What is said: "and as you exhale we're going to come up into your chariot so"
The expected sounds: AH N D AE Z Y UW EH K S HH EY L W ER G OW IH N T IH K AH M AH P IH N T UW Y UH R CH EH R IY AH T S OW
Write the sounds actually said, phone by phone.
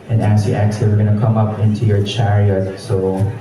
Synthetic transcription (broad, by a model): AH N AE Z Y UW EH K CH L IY W ER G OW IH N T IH K AH M AH P IH N T UW Y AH R CH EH R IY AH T S OW